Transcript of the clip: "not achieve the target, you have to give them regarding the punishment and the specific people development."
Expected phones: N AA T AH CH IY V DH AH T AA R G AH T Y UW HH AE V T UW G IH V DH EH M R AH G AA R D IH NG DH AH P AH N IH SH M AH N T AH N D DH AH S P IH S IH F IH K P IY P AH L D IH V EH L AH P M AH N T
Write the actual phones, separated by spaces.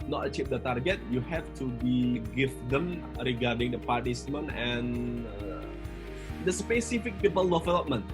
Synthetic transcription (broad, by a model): N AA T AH CH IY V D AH T AA R G AH T Y UW HH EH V T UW G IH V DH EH M R AH G AA R D IH NG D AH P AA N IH S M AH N AH N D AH S P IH S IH F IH K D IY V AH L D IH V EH L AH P M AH N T